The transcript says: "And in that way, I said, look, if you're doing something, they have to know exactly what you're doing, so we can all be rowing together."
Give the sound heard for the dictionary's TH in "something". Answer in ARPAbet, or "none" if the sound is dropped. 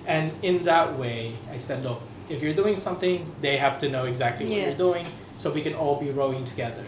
TH